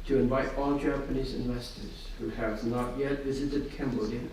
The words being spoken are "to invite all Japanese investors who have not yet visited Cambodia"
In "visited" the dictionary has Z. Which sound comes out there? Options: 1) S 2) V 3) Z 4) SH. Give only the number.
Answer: 3